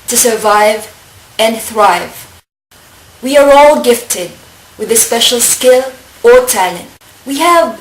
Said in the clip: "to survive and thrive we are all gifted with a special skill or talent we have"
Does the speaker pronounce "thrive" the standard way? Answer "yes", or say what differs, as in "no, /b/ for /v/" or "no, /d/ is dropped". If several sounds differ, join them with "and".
yes